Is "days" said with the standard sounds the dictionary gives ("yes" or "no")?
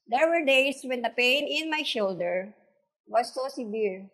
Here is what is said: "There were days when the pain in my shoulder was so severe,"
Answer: no